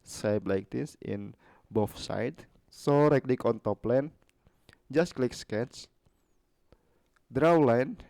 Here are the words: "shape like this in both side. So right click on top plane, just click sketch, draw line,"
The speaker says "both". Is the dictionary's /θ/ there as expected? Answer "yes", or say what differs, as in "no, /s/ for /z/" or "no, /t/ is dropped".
no, /f/ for /θ/